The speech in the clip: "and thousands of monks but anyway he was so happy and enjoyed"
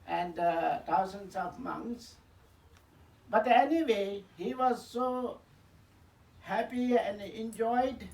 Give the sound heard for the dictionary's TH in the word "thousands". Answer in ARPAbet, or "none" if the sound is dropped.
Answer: T